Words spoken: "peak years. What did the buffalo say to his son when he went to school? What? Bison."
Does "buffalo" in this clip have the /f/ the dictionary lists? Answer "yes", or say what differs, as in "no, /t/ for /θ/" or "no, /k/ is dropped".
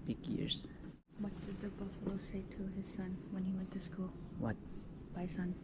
yes